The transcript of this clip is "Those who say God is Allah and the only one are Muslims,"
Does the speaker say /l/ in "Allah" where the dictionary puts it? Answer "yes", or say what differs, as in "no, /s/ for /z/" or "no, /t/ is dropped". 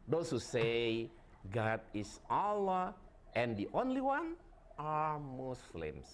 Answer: yes